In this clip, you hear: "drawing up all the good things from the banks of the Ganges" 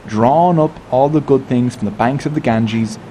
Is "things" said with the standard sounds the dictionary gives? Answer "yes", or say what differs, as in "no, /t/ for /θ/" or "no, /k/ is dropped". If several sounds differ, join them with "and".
yes